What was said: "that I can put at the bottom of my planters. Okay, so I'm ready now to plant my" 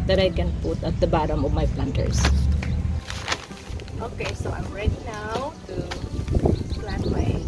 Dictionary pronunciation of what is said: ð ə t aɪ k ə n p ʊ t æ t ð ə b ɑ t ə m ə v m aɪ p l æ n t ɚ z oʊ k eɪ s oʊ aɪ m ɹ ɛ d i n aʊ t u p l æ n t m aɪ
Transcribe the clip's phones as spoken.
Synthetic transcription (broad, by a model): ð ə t aɪ k ə n p ʊ t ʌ t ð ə b ɑ t ə m ə v m aɪ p l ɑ n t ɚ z oʊ k eɪ s oʊ aɪ m ɹ ɛ d i n aʊ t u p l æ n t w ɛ